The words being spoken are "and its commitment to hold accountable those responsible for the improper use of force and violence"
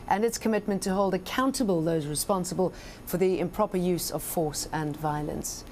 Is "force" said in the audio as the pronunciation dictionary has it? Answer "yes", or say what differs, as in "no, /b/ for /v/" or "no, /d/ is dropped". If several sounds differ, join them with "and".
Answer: yes